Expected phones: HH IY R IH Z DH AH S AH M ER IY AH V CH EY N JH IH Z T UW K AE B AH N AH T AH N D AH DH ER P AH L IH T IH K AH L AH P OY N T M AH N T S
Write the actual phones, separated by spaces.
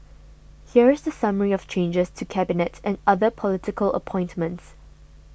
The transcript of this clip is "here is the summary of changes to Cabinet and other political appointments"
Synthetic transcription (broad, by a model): HH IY R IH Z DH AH S AH M ER IY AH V CH EY N JH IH S T UW K AE B AH N AH T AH N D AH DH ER P AH L IH T IH K AH L AH P OY N T M AH N T S